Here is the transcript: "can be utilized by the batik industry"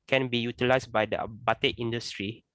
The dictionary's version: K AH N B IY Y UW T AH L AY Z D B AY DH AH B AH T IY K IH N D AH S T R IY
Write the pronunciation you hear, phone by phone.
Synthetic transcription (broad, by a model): K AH N B IY Y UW T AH L AY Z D B AY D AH B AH T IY IY N D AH S T R IY